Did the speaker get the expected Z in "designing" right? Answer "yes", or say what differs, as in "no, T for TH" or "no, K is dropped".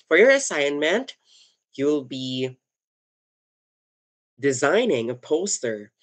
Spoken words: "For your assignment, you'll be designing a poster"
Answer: yes